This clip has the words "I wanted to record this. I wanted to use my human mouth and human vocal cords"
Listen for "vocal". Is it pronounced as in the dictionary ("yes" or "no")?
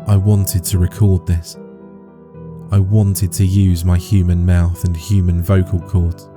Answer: yes